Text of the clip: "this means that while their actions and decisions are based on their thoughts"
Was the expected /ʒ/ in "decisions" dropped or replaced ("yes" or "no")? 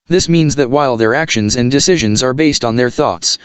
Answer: no